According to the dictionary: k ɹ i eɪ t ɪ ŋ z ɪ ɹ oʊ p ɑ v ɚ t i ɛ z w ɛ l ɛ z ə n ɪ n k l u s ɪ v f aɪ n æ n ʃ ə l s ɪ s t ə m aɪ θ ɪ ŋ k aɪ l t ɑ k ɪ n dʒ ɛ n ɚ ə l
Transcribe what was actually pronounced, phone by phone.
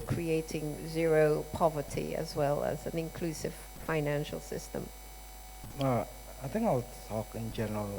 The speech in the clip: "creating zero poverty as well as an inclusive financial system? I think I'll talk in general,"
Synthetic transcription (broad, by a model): k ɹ i eɪ t ɪ ŋ z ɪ ɹ oʊ p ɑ v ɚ t i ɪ z w ɛ l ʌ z ə n ɪ n k l u s ɪ v f aɪ n æ n ʃ ə l s ɪ s t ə m aɪ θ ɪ ŋ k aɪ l t ɑ k ɪ n dʒ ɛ n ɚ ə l